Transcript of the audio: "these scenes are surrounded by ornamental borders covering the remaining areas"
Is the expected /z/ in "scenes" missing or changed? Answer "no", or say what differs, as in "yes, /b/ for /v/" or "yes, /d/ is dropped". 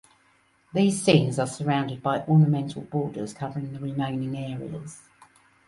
no